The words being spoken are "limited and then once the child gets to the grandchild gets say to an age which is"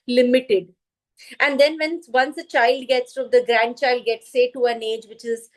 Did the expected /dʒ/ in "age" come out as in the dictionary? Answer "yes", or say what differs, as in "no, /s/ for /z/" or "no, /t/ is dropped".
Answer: yes